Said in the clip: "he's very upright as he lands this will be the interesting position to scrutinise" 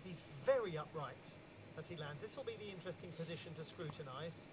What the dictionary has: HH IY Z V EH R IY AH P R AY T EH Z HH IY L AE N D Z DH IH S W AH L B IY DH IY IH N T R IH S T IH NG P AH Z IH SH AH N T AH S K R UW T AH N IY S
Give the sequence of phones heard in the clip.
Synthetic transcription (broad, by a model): HH IY Z V EH R IY AH P R AY T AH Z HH IY L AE N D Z DH IH S W AH L B IY DH IY IH N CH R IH S T IH NG P AH Z IH SH AH N T AH S K R UW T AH N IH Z